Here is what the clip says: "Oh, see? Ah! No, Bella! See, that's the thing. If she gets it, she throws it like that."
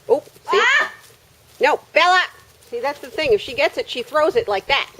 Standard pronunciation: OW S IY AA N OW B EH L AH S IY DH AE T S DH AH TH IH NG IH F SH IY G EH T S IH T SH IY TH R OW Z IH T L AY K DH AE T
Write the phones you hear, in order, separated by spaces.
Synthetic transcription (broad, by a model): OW S IY N OW B EH L AH S IY DH AE T S DH AH TH IH NG IH F SH IY G EH T S IH T SH IY TH R OW Z IH T L AY K DH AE T